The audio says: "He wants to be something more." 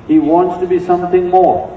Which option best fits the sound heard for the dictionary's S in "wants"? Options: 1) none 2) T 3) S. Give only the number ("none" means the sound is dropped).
3